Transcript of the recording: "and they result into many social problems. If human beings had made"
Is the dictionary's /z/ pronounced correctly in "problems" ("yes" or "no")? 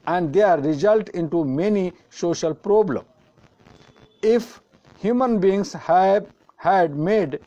no